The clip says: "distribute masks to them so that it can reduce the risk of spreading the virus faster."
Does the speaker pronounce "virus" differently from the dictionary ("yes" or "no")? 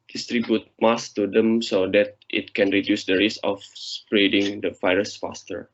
yes